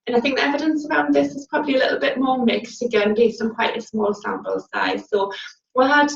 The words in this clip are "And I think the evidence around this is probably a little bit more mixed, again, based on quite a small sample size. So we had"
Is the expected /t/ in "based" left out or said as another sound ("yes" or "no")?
yes